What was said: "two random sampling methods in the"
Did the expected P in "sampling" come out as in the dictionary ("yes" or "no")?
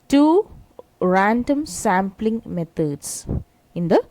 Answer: yes